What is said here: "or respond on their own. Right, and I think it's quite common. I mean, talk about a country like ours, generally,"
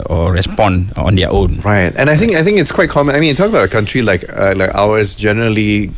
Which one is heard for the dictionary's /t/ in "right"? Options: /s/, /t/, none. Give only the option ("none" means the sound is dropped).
/t/